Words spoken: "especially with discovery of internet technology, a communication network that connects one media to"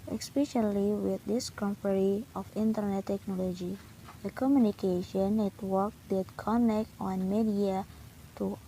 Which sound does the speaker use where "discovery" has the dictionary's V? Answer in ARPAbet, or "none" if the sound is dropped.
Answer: P